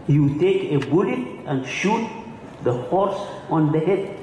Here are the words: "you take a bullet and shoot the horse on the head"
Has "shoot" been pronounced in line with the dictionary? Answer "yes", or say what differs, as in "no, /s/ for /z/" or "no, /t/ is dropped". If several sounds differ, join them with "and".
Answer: yes